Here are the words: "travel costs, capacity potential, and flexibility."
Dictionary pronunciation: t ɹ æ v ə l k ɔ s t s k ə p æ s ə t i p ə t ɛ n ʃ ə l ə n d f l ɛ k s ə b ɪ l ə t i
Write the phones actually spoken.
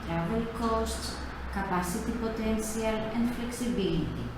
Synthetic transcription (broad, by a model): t ɹ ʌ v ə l k ɔ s t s k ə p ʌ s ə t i p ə t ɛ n s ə l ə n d f l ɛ k s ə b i l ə t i